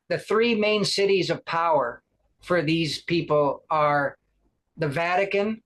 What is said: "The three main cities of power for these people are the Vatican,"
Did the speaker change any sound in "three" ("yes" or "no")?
no